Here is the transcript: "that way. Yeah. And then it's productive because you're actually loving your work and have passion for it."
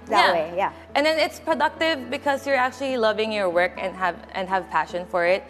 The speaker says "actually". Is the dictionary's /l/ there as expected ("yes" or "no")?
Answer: yes